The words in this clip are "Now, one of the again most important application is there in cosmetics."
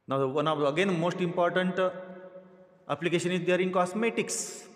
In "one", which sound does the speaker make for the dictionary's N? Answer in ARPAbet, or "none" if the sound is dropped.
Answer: none